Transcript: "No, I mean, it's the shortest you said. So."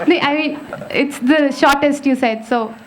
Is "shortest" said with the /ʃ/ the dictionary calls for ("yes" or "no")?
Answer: yes